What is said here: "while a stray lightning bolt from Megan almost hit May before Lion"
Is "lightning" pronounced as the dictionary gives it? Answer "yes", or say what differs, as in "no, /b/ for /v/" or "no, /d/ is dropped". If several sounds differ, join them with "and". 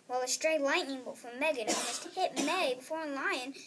yes